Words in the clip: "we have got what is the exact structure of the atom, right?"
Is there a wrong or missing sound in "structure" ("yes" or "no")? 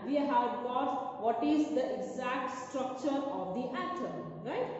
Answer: no